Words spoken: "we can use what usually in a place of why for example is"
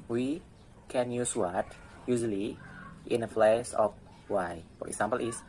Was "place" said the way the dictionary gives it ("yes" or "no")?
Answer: no